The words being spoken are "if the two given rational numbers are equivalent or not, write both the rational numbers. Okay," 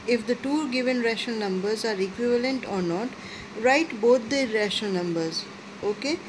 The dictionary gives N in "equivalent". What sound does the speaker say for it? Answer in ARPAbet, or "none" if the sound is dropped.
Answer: N